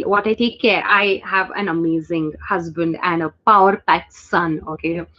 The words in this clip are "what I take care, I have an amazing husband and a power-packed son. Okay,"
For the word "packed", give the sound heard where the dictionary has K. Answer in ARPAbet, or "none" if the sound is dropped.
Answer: none